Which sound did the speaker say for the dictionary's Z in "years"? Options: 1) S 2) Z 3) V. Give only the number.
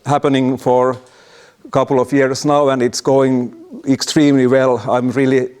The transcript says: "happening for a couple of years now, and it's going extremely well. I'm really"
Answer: 1